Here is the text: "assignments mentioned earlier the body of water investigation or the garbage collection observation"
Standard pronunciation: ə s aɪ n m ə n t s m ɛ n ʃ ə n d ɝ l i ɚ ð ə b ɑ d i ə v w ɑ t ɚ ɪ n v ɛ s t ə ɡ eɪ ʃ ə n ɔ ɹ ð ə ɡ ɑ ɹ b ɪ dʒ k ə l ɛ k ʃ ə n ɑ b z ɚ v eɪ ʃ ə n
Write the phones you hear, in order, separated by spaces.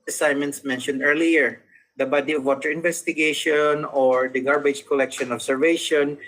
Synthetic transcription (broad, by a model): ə s aɪ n m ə n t s m ɛ n ʃ ə n d ɝ l i ɚ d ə b ɑ d i ə v w ɑ t ɚ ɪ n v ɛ s t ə ɡ eɪ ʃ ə n ɔ ɹ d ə ɡ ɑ ɹ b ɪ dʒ k ə l ɛ k ʃ ə n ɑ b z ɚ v eɪ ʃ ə n